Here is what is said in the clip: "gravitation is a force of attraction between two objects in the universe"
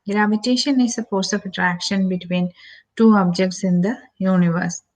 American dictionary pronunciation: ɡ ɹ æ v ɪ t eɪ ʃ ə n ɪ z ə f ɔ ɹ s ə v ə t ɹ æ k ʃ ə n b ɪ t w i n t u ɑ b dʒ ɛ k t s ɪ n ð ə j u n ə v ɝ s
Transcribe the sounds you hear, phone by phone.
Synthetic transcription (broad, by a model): ɡ ɹ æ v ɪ t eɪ ʃ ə n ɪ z ə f ɔ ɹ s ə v ə t ɹ æ k ʃ ə n b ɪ t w i n t u ɑ b dʒ ɛ k t s ɪ n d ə j u n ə v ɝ s